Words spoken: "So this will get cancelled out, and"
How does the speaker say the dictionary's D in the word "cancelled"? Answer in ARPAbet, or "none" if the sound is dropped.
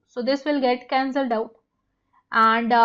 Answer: D